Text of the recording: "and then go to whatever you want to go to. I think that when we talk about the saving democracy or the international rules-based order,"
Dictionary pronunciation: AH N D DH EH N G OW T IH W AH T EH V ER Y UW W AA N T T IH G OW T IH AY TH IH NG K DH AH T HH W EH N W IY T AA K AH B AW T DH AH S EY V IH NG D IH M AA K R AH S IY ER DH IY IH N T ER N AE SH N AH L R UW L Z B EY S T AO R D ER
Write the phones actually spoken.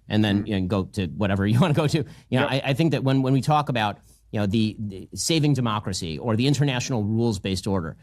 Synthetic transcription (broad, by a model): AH N DH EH N G OW T IH W AH T EH V ER Y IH W AA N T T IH G OW T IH AY TH IH NG K DH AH T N W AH N W IY T AA K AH B AW T DH AH S EY V IH NG D IH M AA K R AH S IY ER DH IY IH N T ER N AE SH N L R UW L Z B EY S T AO R D ER